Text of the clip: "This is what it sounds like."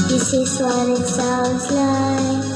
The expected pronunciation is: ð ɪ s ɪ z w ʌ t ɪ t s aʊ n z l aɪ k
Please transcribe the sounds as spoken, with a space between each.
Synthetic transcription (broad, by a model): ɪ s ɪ s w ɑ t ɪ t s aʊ z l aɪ